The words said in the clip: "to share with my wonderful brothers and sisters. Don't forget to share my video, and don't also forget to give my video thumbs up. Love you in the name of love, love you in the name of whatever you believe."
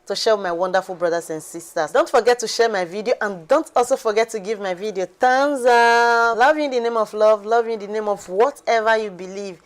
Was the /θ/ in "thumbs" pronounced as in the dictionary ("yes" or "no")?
no